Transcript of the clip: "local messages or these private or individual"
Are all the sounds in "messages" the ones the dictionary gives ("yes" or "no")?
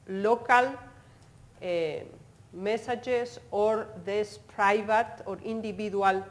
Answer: no